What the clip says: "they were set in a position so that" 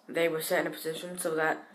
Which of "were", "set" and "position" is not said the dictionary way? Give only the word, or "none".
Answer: none